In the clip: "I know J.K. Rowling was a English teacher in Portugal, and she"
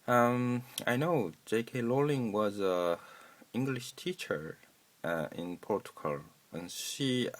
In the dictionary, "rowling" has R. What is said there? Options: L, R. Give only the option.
L